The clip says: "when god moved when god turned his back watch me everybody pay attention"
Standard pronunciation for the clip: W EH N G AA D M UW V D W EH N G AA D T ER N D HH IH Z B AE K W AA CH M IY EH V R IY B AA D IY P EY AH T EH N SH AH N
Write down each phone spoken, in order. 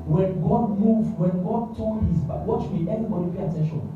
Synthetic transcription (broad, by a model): W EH N G AA D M UW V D W EH N G AA D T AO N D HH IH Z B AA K W AA CH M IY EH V IY B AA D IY B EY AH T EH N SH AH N